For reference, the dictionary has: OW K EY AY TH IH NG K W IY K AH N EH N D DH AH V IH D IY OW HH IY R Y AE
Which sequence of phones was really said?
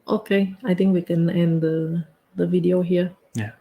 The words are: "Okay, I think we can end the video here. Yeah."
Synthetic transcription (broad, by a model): OW K EY AY T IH NG K W IY K AH N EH N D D AH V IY D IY OW HH IY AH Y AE